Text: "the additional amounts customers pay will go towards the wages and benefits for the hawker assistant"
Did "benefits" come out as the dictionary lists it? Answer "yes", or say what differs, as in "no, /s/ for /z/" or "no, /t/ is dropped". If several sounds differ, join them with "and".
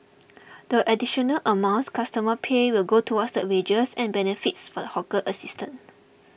yes